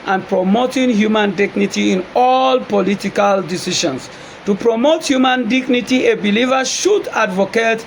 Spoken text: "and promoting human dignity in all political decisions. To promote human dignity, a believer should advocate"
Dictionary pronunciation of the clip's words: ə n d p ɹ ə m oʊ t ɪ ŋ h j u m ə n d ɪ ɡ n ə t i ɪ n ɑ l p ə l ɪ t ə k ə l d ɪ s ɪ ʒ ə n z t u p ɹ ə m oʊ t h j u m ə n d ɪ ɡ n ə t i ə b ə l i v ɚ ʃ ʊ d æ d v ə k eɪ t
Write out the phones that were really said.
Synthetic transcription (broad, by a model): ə n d p ɹ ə m oʊ t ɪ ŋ h j u m ə n d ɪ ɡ n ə t i ɪ n ɑ l p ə l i t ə k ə l d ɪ s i ʃ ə n s t u p ɹ ə m oʊ t h j u m ə n d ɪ ɡ n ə t i ə b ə l i v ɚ ʃ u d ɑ d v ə k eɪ t